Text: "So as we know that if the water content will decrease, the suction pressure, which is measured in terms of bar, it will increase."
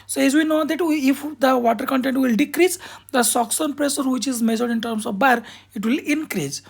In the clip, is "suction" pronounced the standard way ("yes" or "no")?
no